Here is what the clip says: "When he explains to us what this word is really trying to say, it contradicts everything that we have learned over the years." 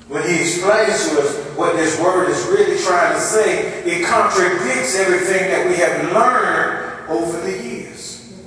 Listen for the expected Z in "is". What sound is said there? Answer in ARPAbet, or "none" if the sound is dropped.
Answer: Z